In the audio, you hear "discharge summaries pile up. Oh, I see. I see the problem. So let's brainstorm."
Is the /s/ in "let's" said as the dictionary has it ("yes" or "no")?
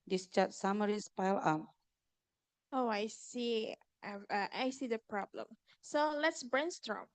yes